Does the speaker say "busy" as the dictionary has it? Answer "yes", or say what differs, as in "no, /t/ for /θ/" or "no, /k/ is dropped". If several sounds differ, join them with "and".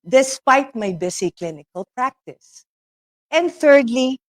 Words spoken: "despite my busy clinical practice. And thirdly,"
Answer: no, /s/ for /z/